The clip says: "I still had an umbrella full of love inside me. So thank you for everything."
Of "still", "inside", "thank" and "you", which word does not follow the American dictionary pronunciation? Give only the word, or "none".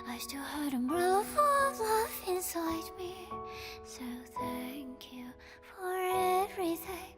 none